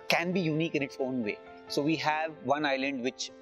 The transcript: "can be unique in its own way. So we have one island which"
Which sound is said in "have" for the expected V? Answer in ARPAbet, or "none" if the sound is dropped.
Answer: V